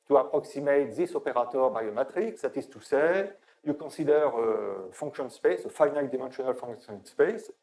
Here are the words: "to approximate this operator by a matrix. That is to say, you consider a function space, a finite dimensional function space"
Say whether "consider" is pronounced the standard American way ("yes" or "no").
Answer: no